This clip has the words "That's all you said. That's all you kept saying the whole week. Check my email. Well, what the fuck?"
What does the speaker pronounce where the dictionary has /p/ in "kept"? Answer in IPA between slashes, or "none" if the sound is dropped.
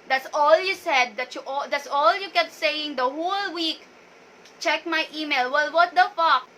none